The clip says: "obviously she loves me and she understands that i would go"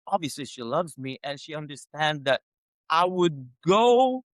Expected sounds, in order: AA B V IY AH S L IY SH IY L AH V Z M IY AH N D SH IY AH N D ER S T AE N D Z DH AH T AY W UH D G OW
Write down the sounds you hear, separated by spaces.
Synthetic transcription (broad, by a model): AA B V IY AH S L IY SH IY L AH V Z M IY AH N SH IY AH N D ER S T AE N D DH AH T AY W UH D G OW